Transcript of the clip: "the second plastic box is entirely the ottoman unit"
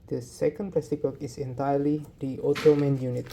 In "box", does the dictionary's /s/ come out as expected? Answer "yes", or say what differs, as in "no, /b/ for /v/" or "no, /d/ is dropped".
no, /s/ is dropped